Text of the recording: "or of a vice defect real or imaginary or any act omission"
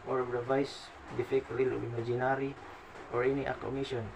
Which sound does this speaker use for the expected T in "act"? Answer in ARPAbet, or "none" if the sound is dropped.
none